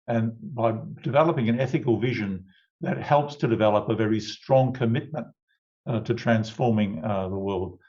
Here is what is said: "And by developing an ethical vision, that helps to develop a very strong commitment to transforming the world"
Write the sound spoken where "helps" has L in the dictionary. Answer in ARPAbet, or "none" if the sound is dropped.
L